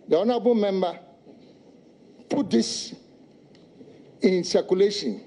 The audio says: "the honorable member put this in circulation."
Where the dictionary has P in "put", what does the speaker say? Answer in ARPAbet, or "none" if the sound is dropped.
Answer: P